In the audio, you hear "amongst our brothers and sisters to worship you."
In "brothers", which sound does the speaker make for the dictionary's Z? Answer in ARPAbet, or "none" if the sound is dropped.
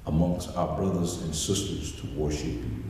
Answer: Z